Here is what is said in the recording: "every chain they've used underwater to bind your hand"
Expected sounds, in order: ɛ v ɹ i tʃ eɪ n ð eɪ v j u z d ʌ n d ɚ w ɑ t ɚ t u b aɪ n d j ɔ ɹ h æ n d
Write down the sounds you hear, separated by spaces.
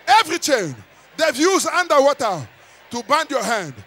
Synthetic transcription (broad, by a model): ɛ v ɹ i tʃ eɪ n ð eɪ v j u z ʌ n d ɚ w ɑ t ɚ t u b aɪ n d j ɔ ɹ h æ n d